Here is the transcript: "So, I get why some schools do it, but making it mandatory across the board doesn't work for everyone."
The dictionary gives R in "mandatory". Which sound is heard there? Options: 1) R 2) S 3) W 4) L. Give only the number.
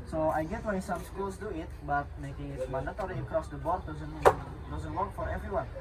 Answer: 4